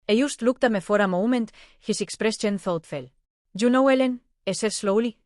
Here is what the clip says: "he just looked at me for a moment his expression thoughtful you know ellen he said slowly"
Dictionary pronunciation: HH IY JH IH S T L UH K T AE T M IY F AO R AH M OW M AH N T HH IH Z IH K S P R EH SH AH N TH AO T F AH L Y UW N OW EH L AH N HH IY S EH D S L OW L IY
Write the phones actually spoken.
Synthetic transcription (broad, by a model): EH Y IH S T L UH K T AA M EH F AO R AH M OW M AH N T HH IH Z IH K S P R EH S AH N TH AO T F AH L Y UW N OW EH L AH N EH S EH S L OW L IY